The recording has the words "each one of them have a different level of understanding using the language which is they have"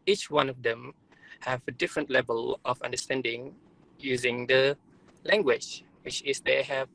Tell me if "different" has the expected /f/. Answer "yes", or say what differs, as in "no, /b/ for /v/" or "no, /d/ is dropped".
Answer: yes